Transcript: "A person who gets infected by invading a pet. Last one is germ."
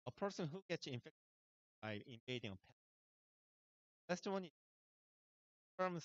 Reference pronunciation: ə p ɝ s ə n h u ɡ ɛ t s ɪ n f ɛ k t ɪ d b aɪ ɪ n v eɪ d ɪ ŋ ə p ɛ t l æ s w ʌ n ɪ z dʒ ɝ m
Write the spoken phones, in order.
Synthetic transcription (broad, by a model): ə p ɝ s ə n h u ɡ ɛ t s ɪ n f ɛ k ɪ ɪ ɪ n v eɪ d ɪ ŋ ə p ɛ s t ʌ w ʌ n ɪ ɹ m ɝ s